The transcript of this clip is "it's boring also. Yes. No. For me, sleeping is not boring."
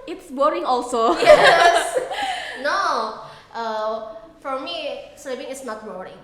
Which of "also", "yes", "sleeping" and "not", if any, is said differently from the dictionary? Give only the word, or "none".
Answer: sleeping